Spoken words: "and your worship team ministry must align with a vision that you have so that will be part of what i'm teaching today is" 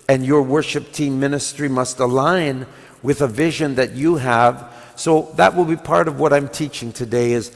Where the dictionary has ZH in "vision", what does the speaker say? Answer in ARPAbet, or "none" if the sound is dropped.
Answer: ZH